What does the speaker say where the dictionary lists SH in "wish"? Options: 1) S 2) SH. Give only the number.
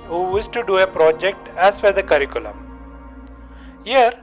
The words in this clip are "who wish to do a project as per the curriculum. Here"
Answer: 1